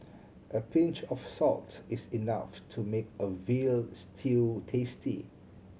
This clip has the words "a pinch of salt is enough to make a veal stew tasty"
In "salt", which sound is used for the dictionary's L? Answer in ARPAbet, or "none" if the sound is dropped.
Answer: L